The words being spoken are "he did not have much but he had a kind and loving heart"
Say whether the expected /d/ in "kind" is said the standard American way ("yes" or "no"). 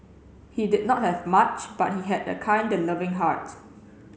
yes